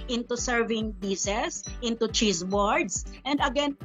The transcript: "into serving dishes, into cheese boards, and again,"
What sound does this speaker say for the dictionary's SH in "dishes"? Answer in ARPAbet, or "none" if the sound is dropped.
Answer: S